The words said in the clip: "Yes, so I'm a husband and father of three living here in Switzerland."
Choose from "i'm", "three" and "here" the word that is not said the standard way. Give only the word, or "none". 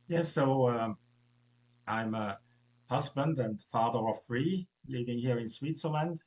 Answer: none